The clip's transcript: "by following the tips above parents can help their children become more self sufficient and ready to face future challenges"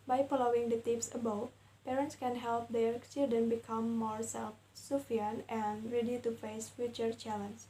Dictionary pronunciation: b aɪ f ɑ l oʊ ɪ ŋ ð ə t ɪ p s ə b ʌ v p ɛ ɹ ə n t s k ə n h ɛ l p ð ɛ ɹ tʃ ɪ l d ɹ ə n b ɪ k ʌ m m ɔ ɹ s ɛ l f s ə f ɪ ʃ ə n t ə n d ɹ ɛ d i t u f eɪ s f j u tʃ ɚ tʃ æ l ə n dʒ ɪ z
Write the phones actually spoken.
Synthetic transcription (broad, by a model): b aɪ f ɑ l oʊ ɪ ŋ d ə t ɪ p s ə b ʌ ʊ p ɛ ɹ ə n t s k ə n h ɛ l p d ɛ ɹ tʃ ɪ l d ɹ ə n b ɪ k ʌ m m ɔ ɹ s ɛ l f s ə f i ə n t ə n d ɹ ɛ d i t u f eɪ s f j u tʃ ɚ tʃ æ l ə n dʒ